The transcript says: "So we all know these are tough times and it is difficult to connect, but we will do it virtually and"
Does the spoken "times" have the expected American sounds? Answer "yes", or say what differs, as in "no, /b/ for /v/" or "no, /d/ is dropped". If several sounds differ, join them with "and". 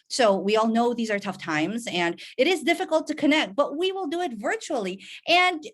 yes